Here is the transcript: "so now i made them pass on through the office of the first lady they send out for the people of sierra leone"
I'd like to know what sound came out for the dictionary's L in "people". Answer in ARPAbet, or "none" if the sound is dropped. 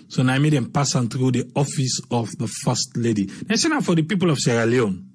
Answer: L